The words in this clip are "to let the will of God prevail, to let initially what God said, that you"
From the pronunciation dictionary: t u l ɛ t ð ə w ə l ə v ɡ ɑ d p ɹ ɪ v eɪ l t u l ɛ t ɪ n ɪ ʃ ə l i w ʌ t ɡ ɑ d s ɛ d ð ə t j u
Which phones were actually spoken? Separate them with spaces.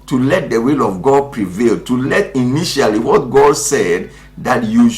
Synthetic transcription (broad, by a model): t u l ɛ t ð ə w ə l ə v ɡ ɑ d p ɹ ɪ v eɪ l t u l ɛ t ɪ n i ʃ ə l i w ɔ t ɡ ɑ d s ɛ d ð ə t j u